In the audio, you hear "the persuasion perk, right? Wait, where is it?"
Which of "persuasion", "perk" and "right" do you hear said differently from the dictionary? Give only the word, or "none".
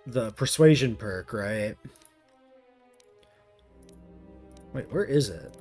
none